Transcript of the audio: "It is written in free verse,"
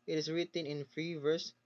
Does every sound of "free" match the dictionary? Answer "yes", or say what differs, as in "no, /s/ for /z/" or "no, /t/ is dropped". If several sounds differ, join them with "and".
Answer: yes